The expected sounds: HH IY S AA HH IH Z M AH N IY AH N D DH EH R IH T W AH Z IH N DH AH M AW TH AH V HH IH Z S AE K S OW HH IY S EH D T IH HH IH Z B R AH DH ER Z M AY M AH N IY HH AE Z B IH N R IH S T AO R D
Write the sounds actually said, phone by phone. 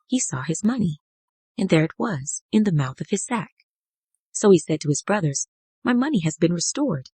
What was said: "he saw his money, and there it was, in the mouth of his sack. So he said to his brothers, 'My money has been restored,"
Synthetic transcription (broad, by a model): HH IY S AA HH IH Z M AH N IY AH N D DH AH R IH T W AH Z IH N DH AH M AW TH AH V IH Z S AE K S OW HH IY S EH D T IH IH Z B R AH DH ER Z M AY M AH N IY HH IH Z B IH N R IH S T AO R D